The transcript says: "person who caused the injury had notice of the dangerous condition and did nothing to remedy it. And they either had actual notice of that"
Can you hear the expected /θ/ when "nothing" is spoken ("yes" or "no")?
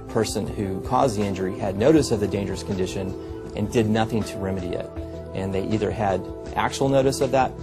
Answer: yes